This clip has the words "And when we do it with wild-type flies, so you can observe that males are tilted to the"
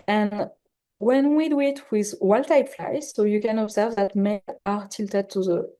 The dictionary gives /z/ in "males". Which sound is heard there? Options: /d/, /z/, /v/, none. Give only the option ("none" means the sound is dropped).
none